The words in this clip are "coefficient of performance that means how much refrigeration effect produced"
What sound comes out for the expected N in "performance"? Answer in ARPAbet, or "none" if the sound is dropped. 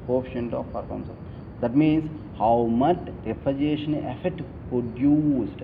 none